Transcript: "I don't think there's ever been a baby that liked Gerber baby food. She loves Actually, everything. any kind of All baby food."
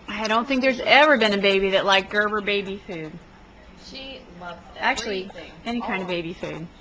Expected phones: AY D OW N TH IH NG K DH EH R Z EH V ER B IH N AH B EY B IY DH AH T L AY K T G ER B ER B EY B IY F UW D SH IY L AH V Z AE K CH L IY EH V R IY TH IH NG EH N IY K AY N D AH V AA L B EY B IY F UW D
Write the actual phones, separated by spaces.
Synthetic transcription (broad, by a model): AY D OW N TH IH NG K DH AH R Z EH V ER B IH N AH B EY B IY DH AH T L AY K G ER B ER B EY B IY F UW D SH IY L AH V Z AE K CH L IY IY EH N IY K AY N D AH V B EY B IY F UW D